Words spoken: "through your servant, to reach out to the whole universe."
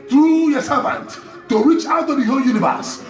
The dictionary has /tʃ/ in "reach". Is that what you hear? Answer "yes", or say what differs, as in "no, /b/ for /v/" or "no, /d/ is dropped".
yes